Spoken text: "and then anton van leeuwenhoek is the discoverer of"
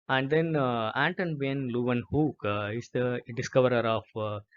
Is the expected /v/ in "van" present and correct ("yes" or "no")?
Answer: no